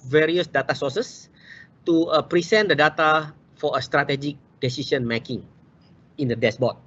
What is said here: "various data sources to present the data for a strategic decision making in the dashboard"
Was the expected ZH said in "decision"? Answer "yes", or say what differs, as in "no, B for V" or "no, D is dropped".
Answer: no, S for ZH